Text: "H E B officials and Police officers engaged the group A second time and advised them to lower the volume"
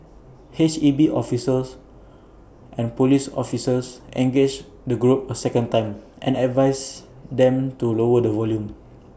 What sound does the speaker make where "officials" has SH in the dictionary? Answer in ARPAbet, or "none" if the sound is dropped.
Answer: S